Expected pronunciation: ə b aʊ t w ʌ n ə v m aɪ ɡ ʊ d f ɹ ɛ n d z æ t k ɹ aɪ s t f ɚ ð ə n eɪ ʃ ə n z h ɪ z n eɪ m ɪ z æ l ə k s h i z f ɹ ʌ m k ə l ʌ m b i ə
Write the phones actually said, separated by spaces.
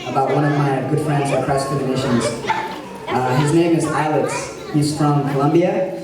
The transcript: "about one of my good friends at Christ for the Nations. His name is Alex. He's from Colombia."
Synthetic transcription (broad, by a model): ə b aʊ t w ʌ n ə v m aɪ ɡ ʊ d f ɹ ɛ n d z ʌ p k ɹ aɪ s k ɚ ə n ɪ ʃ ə n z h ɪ z n eɪ m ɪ z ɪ l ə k s h i z f ɹ ʌ m k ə l ʌ m b i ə